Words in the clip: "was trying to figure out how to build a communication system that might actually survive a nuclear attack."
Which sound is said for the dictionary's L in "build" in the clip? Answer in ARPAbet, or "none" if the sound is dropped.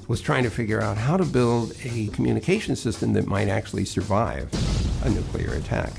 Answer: L